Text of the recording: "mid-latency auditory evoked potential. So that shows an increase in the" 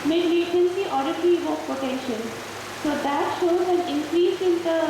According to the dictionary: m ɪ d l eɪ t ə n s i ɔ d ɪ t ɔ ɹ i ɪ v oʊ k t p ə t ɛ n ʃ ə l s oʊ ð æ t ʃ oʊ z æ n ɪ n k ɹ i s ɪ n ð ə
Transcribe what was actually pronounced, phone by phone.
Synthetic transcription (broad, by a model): m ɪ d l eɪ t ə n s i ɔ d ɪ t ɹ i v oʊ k p ə t ɛ n ʃ ə l s oʊ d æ t ʃ oʊ z æ n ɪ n k ɹ i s ɪ n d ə